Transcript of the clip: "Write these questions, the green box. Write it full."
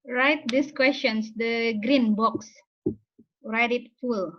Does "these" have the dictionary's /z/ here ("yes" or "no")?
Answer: no